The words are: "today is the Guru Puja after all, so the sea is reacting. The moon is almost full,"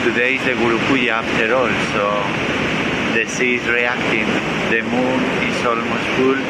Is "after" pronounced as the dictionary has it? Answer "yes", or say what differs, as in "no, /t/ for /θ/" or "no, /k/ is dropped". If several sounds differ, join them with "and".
no, /p/ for /f/